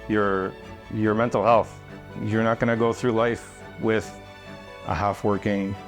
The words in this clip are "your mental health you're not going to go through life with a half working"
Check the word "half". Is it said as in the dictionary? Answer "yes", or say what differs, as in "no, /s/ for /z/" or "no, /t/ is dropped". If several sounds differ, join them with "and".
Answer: yes